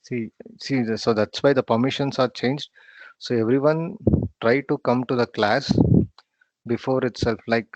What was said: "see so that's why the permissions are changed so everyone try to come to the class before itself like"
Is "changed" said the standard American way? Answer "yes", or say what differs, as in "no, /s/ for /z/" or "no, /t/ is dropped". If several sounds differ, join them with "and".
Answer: yes